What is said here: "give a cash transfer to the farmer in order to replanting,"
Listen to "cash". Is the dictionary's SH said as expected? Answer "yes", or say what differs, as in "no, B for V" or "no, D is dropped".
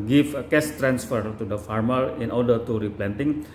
no, S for SH